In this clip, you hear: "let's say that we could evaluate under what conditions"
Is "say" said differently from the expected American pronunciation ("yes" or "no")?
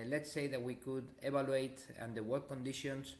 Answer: no